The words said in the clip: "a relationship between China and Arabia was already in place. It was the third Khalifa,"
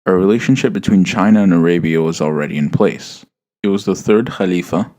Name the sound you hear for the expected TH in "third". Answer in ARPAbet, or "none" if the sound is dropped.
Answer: TH